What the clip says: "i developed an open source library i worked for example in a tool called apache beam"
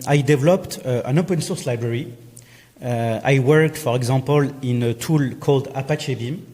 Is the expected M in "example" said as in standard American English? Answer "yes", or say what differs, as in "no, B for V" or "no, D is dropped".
no, M is dropped